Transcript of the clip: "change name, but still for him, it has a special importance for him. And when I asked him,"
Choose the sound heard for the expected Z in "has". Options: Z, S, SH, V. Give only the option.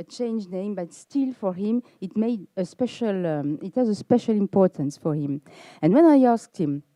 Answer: Z